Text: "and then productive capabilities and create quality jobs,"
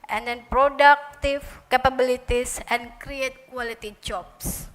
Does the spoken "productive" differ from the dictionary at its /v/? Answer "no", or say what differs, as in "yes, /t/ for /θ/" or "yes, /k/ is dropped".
yes, /f/ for /v/